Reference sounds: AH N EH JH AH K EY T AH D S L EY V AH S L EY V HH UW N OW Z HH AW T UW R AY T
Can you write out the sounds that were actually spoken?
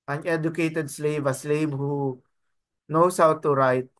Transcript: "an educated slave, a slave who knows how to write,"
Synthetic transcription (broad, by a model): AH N EH JH AH K EY T AH D S L EY V AH S L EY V HH UW N OW S HH AW T UW R AY T